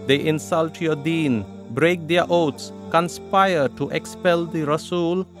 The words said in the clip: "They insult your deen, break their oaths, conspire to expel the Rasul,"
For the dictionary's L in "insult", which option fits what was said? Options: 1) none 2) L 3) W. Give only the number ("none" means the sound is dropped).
2